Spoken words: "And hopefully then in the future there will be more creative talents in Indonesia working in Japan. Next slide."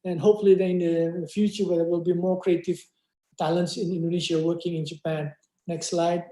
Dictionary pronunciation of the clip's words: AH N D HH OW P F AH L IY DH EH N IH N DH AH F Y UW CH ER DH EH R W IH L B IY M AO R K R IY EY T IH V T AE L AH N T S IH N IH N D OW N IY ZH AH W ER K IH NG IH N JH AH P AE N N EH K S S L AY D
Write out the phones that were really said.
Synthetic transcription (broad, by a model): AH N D HH OW P F AH L IY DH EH IH N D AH F Y UW CH ER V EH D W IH L B IY M AO R K R IY EY T IH V T AE L AH N T S IH N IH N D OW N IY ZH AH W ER K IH NG IH N JH AH P AE N N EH K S S L AY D